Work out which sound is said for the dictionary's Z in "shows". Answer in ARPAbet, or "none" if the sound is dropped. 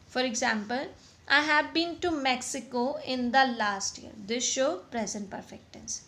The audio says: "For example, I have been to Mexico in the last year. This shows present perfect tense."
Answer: none